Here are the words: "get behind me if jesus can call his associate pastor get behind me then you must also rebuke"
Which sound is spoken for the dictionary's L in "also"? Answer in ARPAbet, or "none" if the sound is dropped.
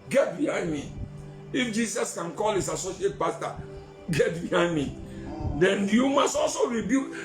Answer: L